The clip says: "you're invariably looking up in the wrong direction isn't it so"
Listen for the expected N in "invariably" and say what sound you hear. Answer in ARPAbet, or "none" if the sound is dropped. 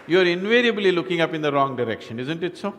N